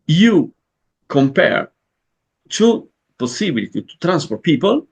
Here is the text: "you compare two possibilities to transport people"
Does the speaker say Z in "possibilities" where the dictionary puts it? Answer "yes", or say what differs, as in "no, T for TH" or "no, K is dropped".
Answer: no, Z is dropped